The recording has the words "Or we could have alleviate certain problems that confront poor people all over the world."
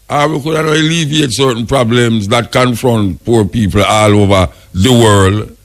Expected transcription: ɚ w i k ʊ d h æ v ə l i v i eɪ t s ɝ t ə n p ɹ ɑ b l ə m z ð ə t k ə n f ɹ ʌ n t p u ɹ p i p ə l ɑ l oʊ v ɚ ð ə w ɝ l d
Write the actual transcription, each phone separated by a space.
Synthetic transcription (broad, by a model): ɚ w i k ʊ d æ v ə l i v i eɪ t s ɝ t n p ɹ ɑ b l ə m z ð ə t k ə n f ɹ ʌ n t p u ɹ p i p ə l ɑ l oʊ v ɚ ð ə w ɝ l d